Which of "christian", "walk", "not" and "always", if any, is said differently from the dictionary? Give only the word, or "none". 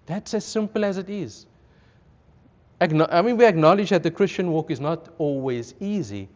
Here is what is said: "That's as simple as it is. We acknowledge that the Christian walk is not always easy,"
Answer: none